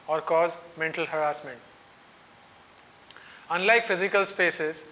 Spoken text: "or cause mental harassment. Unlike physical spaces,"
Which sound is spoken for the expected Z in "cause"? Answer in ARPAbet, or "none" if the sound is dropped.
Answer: Z